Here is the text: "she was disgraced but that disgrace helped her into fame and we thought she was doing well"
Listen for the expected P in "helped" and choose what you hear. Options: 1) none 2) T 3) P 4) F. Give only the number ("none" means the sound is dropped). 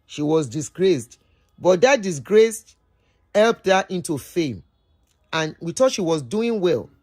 3